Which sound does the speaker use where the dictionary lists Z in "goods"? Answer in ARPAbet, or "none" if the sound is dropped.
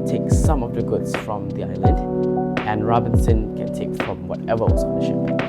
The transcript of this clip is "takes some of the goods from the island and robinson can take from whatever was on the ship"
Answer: S